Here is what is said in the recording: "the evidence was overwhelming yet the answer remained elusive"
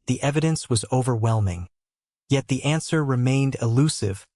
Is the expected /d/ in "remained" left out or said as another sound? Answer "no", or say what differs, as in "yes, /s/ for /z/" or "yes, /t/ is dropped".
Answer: no